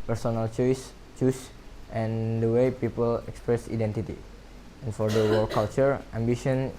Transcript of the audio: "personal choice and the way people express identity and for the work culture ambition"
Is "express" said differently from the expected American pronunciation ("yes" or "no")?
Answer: no